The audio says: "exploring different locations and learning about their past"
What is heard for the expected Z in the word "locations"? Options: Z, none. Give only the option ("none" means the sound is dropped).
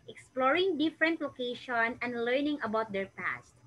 none